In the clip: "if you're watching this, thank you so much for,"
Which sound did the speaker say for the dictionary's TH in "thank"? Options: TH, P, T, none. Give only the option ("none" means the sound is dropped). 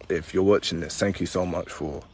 TH